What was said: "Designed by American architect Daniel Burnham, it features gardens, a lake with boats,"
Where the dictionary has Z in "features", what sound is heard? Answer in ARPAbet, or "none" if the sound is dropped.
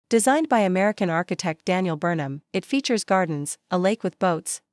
Z